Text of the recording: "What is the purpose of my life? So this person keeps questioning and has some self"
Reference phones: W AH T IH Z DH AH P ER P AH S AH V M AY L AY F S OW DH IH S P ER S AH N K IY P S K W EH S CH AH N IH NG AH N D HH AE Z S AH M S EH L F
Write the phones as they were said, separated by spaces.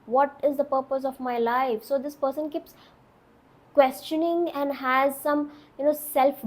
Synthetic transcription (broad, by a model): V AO T IH Z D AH P ER P AH S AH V M AY L AY F S OW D IH S P ER S AH N K IY P S K W EH S CH AH N IH NG AH N D HH AE Z S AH M S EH L F